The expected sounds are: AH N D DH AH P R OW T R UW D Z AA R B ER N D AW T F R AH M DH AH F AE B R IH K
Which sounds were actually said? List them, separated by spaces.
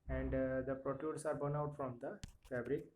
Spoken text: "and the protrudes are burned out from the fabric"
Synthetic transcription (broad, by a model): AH N D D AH P R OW T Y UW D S AA R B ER N AW T F R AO M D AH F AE B R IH K